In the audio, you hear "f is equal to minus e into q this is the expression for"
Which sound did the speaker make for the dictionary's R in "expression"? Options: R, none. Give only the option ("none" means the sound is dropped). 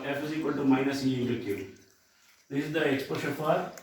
none